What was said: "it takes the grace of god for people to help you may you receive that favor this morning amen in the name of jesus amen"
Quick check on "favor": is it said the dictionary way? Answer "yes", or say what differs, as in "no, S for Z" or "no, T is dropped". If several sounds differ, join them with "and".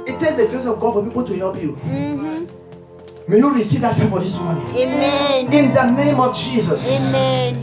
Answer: no, F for V